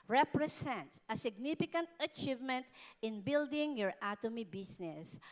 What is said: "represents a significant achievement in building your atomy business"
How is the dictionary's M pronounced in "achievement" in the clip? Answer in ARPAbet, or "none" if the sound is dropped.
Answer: M